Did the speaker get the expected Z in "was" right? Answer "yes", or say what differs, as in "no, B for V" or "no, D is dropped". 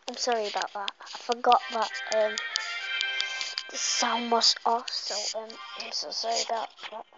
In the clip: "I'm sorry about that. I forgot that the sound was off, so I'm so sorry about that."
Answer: no, S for Z